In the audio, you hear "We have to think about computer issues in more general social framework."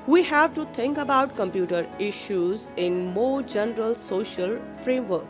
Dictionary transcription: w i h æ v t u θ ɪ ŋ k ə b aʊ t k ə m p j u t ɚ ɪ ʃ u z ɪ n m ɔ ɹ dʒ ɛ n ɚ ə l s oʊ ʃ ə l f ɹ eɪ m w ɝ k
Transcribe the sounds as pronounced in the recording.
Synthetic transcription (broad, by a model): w i h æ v t u t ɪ ŋ k ə b aʊ t k ə m p j u t ɚ ɪ ʃ u z ɪ n m ɔ dʒ ɛ n ɚ ə l s oʊ ʃ ə l f ɹ eɪ m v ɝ k